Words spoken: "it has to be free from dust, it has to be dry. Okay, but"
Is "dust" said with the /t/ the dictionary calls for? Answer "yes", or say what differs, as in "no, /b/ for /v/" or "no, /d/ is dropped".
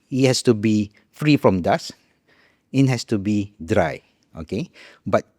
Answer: no, /t/ is dropped